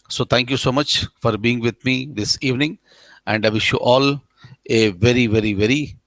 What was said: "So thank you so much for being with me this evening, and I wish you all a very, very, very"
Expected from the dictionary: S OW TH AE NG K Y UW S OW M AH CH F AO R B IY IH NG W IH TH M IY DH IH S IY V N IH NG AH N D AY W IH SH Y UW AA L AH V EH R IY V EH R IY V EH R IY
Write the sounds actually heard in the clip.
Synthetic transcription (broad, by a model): S OW T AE NG K Y UW S OW M AH CH F AO R B IY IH NG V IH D M IY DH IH S IY V N IH NG AH N D AY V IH SH Y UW AA L AH V EH R IY V EH R IY V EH R IY